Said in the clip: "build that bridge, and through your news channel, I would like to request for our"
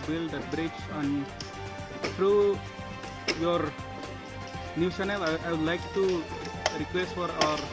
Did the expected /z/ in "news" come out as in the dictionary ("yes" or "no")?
no